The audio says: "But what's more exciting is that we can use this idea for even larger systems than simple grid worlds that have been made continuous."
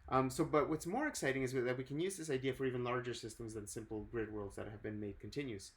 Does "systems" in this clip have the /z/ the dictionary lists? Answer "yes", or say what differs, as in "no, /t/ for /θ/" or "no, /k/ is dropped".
yes